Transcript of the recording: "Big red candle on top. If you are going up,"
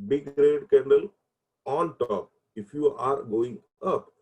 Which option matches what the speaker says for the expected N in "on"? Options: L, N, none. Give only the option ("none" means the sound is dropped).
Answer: L